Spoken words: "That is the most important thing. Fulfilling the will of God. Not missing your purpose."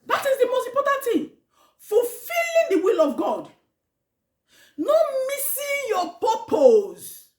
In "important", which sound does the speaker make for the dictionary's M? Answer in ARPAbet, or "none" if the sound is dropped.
none